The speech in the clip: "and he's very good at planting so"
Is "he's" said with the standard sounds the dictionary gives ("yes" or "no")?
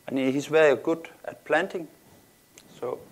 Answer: no